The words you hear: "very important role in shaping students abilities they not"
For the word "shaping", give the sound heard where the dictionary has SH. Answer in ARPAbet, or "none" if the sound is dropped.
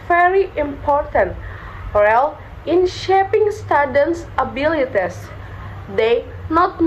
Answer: SH